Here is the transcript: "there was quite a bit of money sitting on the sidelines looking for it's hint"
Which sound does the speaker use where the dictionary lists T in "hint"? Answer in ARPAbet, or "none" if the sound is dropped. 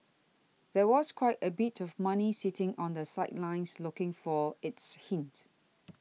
T